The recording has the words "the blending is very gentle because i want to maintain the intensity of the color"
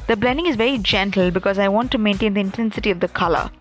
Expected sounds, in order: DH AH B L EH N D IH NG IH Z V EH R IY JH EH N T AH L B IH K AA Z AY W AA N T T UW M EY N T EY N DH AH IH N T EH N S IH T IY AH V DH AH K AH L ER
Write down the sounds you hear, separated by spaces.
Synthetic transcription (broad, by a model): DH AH B L EH N D IH NG IH Z V EH R IY JH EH N T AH L B IH K AA Z AY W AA N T T UW M EY N T EY N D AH IH N T EH N S IH T IY AH V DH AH K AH L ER